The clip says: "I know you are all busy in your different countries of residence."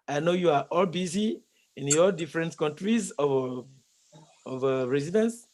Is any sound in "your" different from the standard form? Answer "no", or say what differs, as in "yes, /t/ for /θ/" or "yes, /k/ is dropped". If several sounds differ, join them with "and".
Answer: yes, /l/ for /ɹ/